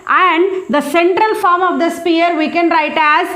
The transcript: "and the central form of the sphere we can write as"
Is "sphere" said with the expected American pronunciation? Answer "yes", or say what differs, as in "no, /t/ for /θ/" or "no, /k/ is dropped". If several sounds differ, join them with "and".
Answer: no, /p/ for /f/